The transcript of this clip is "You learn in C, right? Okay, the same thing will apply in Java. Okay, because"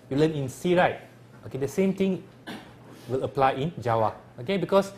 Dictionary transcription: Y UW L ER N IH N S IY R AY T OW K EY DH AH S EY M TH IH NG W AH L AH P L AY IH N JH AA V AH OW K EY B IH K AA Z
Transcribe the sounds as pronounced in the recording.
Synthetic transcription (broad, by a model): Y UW L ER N IH N S IY R AY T OW K EY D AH S EY M T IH NG W AH L AH P L AY IH N JH AA W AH OW K EY B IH K AA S